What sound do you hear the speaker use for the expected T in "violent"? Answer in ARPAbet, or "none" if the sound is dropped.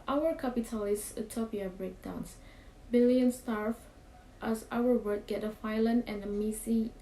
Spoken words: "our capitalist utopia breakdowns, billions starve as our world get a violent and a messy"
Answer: none